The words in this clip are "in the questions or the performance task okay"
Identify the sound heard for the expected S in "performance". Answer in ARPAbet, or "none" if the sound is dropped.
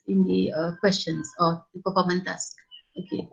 none